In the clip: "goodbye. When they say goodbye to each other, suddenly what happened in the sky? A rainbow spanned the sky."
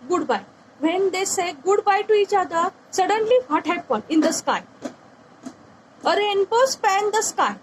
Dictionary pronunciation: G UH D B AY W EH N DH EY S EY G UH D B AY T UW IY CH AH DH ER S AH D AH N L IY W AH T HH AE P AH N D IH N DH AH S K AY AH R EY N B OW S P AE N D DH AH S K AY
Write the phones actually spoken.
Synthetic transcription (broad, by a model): G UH D B AY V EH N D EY S EY G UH D B AY T UW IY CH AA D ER S AH D AH N L IY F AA T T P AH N IH N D AH S K AY AH R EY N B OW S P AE N D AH S K AY